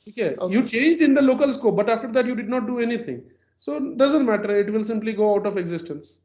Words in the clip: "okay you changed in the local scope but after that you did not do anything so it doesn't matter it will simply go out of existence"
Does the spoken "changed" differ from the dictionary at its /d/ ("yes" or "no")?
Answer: no